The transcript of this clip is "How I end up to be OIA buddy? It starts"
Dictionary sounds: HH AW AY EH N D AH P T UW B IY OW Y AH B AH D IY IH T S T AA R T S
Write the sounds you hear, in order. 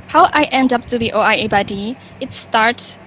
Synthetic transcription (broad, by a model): HH AW AY EH N D AH P T UW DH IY OW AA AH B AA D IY IH T S T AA R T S